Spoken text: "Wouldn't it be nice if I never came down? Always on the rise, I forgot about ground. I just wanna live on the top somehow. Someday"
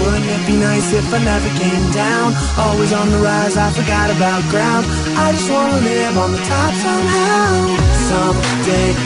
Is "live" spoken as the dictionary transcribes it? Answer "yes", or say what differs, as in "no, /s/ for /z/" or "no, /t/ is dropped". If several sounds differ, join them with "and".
no, /n/ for /l/